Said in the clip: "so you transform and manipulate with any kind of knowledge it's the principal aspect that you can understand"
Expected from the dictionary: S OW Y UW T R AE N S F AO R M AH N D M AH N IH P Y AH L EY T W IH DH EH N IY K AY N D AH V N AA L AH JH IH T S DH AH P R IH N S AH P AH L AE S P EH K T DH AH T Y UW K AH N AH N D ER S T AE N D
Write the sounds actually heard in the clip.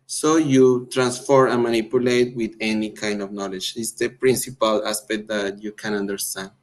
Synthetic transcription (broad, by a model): S OW Y UW T R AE N S F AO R AH N M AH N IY P Y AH L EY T W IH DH EH N IY K AY N D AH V N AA L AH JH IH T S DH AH P R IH N S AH P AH L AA S P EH K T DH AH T Y UW K AH N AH N D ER S T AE N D